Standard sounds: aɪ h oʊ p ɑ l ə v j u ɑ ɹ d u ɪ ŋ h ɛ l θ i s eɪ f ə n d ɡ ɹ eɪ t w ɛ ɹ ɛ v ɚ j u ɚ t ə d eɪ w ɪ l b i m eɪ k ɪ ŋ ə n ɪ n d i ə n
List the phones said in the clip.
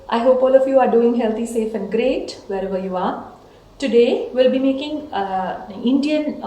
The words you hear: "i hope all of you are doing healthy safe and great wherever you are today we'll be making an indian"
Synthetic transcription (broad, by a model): aɪ h oʊ p ɑ l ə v j u ɑ ɹ d u ɪ ŋ h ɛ l t i s eɪ f ə n d ɡ ɹ eɪ t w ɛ ɹ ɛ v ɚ j u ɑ t ə d eɪ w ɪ l b i m eɪ k ɪ ŋ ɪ n d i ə n